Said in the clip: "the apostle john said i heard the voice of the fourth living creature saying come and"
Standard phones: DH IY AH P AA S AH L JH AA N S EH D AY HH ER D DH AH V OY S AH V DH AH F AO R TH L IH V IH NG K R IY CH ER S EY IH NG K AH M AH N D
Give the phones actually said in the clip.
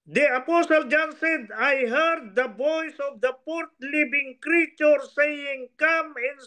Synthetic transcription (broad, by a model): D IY AH P AA S AH L JH AA N S EH D AY HH ER D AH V OY S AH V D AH P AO R T L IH B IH NG K R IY CH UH S EY IH NG K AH M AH N